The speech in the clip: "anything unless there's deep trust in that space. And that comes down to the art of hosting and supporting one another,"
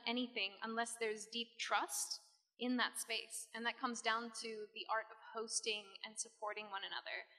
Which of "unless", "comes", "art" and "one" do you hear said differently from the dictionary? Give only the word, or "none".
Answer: none